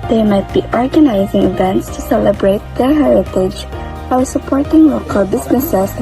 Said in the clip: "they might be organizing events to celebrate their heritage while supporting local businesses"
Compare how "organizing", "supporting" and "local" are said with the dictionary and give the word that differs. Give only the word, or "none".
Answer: none